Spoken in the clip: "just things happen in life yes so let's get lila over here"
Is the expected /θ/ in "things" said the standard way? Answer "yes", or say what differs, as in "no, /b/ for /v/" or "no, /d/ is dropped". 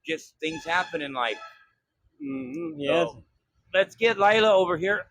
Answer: yes